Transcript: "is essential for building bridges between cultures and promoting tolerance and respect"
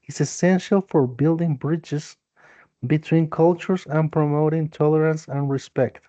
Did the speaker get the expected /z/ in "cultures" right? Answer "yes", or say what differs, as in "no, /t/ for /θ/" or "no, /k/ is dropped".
no, /s/ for /z/